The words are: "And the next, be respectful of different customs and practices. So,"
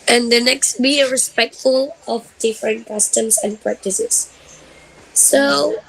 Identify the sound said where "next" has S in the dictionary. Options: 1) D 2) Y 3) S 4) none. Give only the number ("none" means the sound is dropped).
3